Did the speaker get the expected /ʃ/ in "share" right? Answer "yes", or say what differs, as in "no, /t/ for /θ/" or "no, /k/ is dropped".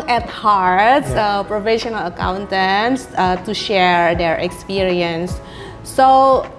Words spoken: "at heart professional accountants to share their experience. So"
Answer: yes